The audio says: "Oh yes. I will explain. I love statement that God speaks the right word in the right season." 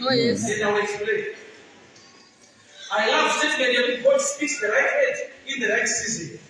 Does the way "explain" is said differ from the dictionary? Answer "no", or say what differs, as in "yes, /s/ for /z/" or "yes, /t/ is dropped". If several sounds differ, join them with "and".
yes, /n/ is dropped